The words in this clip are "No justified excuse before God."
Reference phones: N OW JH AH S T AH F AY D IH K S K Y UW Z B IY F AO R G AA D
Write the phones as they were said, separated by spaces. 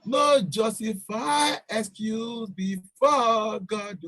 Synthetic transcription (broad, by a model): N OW JH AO S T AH F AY IH S K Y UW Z B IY F AO G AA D